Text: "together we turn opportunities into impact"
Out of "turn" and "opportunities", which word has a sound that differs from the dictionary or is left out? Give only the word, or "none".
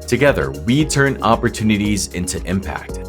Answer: none